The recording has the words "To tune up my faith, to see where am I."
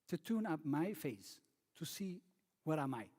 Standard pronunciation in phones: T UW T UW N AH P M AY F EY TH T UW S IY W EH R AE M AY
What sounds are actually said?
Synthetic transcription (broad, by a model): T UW T UW N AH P M AY F EY S T UW S IY W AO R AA M AY